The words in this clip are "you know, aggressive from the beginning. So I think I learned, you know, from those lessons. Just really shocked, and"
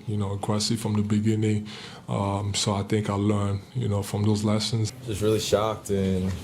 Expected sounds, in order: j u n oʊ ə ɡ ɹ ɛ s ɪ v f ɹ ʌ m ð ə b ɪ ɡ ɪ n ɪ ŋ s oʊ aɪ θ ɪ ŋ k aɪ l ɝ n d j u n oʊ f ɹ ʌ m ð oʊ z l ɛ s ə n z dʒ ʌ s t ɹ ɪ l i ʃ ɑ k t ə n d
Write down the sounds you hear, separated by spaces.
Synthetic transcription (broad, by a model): j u n oʊ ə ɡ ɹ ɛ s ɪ f ɹ ʌ m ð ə b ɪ ɡ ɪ n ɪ ŋ s oʊ aɪ θ ɪ ŋ k aɪ l ɝ n j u n oʊ f ɹ ʌ m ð oʊ z l ɛ s ə n z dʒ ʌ s t ɹ ɪ l i ʃ ɑ k t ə n